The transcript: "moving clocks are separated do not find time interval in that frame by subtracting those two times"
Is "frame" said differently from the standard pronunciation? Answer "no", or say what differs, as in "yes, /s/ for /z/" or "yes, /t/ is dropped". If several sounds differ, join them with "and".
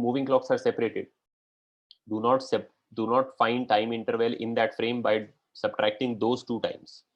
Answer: no